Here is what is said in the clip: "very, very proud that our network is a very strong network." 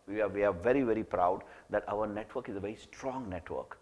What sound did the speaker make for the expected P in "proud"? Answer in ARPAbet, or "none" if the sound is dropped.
P